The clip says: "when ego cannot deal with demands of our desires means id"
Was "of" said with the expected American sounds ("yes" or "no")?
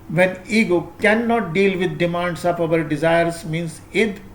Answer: no